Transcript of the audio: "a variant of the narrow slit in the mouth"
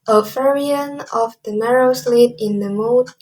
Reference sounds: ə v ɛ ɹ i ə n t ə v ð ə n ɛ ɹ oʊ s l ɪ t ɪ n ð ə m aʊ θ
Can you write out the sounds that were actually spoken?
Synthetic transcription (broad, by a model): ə f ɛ ɹ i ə n ə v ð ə n ɛ ɹ oʊ s l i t ɪ n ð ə m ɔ